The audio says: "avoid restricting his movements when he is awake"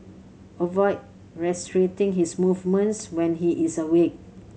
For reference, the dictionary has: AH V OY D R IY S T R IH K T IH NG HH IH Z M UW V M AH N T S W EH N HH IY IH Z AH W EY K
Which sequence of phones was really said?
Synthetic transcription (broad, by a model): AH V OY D R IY S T R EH T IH NG HH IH S M UW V M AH N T S W EH N HH IY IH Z AH W EY K